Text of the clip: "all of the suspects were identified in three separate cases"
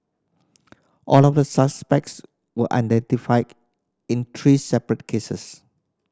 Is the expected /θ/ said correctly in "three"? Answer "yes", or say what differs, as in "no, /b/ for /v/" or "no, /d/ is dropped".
no, /t/ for /θ/